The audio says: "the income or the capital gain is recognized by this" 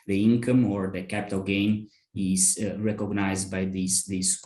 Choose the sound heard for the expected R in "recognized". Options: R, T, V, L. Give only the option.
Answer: R